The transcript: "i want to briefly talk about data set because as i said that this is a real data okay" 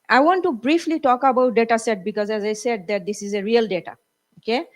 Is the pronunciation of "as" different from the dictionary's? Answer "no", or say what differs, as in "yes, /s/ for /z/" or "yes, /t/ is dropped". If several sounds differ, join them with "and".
no